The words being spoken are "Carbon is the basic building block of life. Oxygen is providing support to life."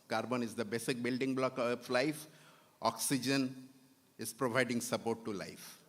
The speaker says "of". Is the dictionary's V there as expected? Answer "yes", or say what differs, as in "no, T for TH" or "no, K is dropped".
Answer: no, P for V